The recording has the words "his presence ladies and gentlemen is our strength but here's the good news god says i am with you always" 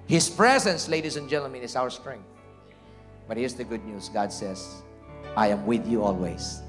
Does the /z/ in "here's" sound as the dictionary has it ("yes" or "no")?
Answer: no